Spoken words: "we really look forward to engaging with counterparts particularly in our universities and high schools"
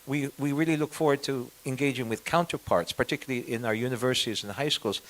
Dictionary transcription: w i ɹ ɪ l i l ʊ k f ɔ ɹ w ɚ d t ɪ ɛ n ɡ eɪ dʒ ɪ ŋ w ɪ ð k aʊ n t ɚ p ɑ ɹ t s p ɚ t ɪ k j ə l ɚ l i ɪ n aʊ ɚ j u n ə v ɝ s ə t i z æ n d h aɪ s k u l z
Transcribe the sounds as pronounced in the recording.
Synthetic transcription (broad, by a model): w i ɹ ɪ l i l ʊ k f ɔ ɹ w ɚ d t ɪ ɛ n ɡ eɪ dʒ ɪ ŋ w ɪ ð k aʊ n t ɚ p ɑ ɹ t s p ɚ t ɪ k j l l i ɪ n aʊ ɚ j u n ə v ɝ s ə t i z n h aɪ s k u l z